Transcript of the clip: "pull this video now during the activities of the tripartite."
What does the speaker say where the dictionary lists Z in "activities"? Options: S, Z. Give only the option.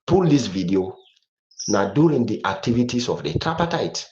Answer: S